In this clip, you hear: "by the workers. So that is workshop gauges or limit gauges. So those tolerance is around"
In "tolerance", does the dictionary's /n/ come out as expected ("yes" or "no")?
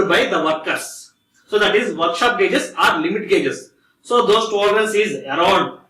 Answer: no